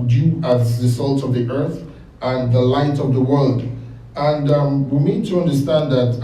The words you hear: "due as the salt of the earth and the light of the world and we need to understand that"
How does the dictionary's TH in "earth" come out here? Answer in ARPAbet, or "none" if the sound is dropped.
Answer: TH